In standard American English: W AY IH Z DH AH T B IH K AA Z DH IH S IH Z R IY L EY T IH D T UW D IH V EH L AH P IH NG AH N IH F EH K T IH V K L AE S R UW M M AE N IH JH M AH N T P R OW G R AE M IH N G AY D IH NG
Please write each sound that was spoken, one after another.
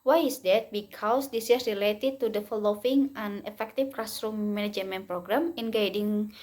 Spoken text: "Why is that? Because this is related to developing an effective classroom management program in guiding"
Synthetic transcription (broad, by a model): W AY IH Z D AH T B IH K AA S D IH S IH S R IY L EY T IH D T UW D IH F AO L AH F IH NG AH N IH F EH K T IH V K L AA S R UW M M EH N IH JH M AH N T P R OW G R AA M IH N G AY D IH NG